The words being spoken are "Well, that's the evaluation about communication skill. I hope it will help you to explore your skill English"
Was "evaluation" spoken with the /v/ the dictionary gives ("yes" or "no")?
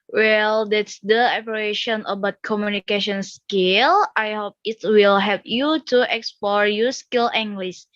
no